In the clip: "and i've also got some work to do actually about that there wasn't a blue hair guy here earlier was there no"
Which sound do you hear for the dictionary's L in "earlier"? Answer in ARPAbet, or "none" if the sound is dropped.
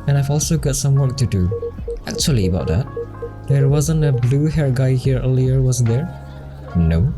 L